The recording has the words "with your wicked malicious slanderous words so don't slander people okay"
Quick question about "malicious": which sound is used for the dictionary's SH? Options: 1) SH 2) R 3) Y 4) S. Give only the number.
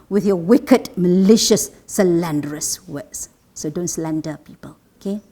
1